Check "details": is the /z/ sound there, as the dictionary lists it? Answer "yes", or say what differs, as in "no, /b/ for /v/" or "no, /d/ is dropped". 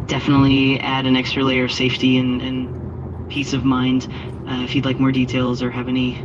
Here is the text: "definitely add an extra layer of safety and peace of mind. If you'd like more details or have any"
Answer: yes